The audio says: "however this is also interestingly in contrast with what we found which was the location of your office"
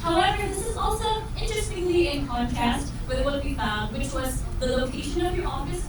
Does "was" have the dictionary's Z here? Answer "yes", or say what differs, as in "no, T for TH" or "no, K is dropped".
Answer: yes